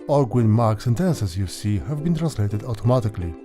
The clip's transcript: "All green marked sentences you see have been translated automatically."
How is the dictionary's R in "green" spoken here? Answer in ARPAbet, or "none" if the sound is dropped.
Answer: W